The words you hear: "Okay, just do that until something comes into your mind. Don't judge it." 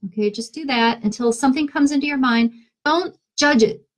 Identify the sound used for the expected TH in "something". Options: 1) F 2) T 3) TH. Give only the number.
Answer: 3